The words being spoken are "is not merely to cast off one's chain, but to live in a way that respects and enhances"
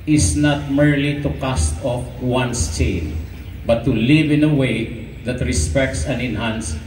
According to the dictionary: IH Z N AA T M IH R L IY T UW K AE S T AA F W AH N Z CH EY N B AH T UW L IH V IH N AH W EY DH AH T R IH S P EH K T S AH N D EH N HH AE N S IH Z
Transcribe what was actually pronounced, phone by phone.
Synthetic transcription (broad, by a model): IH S N AA T M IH R L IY T UW K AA S T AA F W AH N S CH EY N B AH T UW L IH V IH N AH W EY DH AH T R IH S P EH K T S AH N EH N HH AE N S